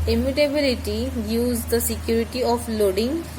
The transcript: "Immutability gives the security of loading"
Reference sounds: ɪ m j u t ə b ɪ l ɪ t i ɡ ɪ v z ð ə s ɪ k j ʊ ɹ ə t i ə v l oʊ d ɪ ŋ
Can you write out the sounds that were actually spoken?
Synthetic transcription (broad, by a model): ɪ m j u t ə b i l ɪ t i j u z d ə s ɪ k j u ɹ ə t i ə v l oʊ d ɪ ŋ